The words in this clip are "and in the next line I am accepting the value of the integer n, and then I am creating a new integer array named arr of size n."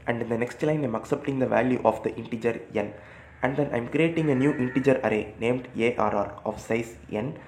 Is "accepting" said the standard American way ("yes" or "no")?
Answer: yes